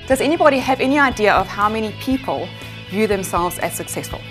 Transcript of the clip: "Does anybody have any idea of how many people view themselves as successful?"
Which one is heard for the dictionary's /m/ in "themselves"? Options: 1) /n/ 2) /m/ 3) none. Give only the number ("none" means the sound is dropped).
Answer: 2